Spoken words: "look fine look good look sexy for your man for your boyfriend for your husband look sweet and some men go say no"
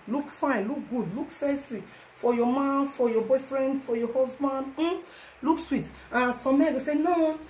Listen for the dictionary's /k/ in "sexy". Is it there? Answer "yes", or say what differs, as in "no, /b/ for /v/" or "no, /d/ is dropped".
no, /k/ is dropped